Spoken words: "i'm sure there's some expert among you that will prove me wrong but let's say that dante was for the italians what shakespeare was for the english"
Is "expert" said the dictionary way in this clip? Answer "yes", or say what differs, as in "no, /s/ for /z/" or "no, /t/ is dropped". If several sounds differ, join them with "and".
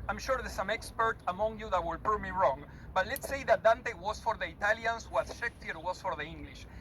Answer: yes